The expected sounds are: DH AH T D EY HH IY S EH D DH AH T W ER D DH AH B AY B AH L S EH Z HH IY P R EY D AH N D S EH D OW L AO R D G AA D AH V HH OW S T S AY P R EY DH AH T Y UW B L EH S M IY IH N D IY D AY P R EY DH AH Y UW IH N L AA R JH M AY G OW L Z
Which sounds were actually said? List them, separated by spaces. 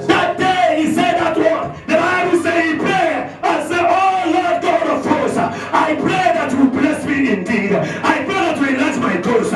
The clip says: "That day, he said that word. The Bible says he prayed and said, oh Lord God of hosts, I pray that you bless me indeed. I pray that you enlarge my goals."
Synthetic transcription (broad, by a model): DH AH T D EY HH IY S EH D DH AH T W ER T DH AH B AY B AH L S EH HH IY P R EY AH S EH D OW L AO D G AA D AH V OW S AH AY P R EY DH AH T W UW B L EH S M IY IH N D IY D AY P R EY DH AH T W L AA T M AY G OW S